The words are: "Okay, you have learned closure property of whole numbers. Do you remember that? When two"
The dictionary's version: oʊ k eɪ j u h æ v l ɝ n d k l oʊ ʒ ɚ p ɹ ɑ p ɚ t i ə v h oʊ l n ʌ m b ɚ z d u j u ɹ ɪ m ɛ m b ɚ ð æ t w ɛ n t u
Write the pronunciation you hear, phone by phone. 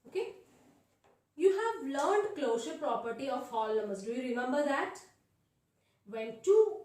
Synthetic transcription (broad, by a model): oʊ k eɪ j u h æ v l ɝ n d k l oʊ ʃ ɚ p ɹ ɑ p ɚ t i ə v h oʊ l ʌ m ɚ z d u j u ɹ ɪ m ɛ m b ɚ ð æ t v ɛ n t u